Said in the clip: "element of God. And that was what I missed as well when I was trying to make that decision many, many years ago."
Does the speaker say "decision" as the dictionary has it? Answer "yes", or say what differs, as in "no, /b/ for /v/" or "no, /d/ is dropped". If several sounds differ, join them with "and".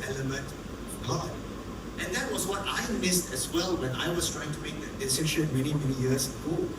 no, /ʃ/ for /ʒ/